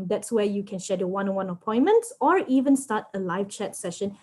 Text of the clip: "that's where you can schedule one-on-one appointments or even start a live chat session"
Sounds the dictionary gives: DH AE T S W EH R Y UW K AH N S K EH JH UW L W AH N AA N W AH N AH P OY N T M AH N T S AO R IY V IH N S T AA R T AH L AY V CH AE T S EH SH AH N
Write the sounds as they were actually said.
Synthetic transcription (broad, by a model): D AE T S W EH Y UW K AH N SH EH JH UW W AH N AA N W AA N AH P OY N M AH N T S AO R IY V IH N S T AA T AH L AY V CH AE T S EH SH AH N